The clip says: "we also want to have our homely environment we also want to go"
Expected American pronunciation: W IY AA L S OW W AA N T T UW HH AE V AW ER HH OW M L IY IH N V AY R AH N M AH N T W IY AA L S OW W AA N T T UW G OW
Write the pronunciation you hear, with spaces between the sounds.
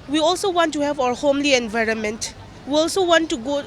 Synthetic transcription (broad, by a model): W IY AA L S OW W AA N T T UW HH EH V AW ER HH OW M L IY IH N V AY R AH N M AH N T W IY AA L S OW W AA N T T UW G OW